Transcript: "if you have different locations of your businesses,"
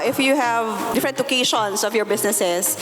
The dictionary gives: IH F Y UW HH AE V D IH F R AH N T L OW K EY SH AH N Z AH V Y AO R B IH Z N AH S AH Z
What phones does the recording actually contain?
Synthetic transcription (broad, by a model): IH F Y UW HH AE V D IH F R AH N T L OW K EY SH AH N S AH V Y AO R B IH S N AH S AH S